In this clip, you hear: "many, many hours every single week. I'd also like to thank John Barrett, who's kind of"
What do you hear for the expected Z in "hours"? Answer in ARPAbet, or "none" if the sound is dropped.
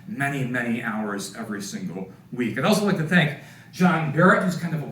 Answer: Z